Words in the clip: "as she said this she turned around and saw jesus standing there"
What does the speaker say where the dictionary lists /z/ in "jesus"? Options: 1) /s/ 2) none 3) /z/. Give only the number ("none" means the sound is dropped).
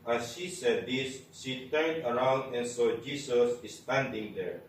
1